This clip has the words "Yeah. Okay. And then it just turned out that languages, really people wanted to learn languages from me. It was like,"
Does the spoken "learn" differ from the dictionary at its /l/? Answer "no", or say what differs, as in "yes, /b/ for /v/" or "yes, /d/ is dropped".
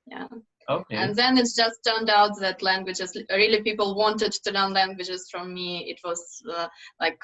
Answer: yes, /n/ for /l/